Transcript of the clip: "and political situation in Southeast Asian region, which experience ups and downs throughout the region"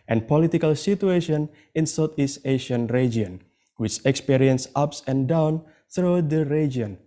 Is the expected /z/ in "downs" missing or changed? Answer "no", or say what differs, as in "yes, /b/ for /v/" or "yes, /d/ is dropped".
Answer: yes, /z/ is dropped